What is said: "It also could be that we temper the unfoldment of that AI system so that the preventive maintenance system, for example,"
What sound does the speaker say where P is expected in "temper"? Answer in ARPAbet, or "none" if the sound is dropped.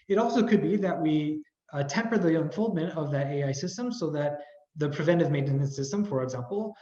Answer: P